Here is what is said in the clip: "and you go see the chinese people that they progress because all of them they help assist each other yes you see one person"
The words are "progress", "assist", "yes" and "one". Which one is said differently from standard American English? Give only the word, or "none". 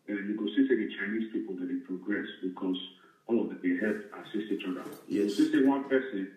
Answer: assist